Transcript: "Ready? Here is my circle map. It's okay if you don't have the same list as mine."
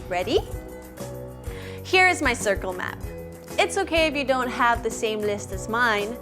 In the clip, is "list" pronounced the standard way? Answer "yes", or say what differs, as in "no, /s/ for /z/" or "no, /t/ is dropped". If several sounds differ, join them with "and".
yes